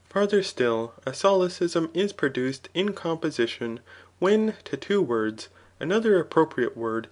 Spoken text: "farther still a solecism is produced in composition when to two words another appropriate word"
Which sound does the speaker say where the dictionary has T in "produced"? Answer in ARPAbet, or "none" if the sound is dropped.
T